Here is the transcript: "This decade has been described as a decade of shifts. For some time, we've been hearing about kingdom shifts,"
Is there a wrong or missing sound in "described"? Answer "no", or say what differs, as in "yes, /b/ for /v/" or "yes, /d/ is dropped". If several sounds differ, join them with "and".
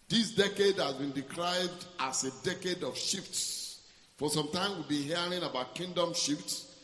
yes, /s/ is dropped